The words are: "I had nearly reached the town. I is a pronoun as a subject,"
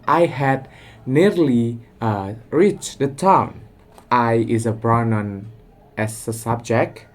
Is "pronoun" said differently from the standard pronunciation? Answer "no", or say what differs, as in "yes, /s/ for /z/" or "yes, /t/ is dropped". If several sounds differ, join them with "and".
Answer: yes, /b/ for /p/